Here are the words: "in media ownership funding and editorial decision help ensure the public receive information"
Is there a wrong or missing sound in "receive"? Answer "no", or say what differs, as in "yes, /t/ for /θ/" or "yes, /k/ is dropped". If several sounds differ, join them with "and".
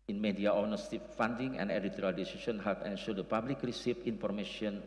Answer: yes, /f/ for /v/